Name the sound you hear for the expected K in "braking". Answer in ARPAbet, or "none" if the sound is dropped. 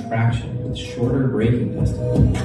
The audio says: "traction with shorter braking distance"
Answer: none